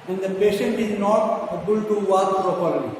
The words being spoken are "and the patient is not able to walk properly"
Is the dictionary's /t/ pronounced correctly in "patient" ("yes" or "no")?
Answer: yes